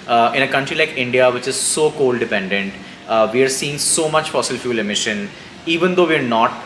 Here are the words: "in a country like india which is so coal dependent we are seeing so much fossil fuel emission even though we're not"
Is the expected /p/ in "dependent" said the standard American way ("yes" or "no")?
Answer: yes